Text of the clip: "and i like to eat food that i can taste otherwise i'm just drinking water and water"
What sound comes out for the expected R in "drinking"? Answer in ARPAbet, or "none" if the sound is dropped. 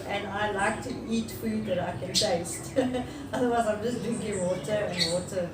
none